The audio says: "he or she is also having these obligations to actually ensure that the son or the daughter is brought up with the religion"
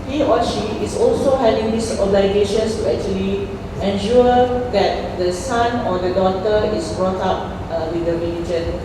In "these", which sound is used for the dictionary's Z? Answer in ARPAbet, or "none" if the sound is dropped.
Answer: S